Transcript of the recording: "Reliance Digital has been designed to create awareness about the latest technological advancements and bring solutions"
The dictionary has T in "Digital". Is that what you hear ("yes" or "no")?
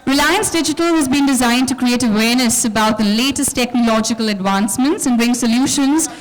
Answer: yes